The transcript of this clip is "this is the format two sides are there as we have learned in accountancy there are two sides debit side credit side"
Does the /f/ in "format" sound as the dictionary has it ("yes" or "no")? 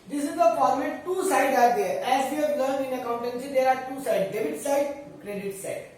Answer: no